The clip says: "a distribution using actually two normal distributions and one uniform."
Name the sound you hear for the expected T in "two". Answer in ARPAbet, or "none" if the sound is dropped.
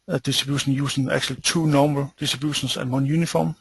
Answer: S